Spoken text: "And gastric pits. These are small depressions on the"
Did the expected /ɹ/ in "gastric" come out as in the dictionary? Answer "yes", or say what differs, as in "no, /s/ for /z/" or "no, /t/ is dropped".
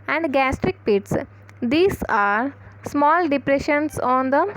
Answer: yes